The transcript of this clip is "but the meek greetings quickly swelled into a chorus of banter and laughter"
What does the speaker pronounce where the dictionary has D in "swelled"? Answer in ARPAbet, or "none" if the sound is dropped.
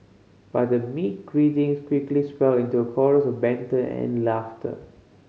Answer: none